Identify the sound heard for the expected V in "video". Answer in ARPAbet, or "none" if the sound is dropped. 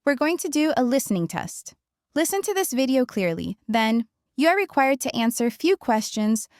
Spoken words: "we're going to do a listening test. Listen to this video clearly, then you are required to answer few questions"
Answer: V